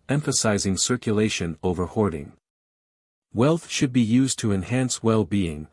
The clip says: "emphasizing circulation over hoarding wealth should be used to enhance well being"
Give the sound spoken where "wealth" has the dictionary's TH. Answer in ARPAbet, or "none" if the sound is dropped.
TH